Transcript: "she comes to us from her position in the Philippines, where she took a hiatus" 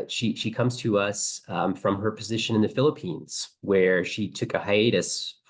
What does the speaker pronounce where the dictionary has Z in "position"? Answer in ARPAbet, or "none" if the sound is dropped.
Z